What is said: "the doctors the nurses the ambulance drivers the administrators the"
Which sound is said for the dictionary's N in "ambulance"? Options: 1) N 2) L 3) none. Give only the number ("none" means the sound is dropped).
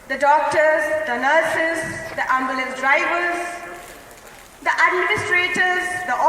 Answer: 3